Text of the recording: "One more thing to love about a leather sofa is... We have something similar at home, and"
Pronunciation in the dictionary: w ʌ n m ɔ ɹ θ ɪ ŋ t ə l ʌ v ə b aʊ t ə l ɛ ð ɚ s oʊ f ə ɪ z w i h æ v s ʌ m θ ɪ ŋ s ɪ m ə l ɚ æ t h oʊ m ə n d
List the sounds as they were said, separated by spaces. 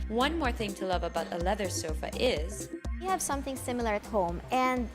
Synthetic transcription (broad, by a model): w ʌ n m ɔ ɹ θ ɪ ŋ t ə l ʌ v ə b aʊ t ə l ɛ ð ɚ s oʊ f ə ɪ z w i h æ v s ʌ m θ ɪ ŋ s ɪ m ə l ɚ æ t h oʊ m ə n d